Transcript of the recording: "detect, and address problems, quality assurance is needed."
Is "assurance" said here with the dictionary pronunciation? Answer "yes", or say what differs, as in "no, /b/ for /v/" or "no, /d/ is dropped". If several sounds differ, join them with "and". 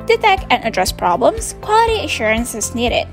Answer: yes